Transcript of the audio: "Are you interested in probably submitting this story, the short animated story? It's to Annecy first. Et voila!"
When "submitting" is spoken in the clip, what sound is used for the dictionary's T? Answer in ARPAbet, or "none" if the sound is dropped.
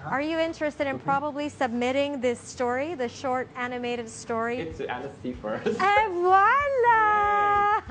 T